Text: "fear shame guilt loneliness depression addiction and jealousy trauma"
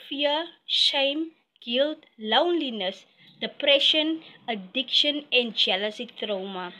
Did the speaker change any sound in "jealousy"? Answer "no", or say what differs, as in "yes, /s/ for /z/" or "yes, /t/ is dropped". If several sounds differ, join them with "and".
no